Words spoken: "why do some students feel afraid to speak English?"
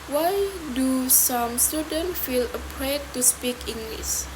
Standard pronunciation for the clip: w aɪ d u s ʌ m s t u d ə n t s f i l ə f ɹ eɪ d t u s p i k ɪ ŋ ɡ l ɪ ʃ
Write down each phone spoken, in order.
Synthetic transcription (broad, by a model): w aɪ d u s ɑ m s t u d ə n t f i l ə p ɹ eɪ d t u s p i k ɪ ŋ ɡ l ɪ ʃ